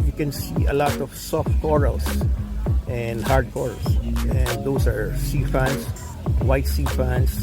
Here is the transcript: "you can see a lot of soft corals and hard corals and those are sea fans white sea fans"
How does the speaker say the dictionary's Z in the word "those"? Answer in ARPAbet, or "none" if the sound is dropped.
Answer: S